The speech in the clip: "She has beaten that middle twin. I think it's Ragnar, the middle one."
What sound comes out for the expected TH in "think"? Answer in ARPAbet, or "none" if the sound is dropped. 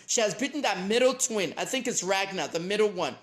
TH